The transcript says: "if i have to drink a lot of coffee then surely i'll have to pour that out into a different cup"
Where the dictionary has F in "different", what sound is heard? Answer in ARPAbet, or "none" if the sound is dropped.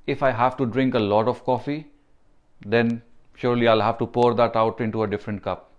F